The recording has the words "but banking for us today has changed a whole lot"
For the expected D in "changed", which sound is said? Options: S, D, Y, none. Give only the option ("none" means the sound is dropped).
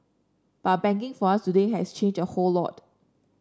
none